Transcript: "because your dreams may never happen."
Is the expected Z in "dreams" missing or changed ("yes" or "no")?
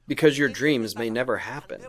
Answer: no